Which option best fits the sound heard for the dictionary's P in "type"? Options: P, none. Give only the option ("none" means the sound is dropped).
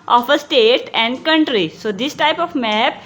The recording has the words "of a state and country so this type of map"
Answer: P